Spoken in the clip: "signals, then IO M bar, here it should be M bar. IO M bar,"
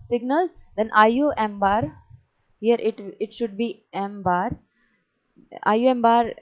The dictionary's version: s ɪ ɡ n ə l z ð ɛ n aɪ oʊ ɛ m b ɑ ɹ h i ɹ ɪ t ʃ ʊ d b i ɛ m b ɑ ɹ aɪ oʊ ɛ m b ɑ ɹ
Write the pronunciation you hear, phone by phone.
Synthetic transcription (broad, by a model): s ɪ ɡ n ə l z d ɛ n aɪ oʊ ɛ m b ɑ ɹ h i ɹ ɪ t ʃ ʊ d b i ɛ m b ɑ ɹ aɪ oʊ ɛ m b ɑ ɹ